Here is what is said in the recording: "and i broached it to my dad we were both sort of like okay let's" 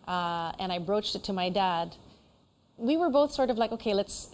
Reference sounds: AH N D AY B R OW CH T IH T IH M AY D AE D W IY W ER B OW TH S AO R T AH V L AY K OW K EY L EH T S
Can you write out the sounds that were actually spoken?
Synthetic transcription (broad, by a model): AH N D AY B R OW CH T IH T IH M AY D AE D W IY W ER B OW TH S AO R T AH V L AY K OW K EY L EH T S